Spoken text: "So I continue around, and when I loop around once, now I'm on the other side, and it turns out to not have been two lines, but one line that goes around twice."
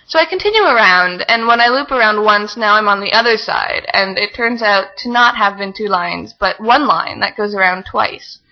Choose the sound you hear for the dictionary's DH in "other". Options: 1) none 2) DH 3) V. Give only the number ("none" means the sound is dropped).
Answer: 2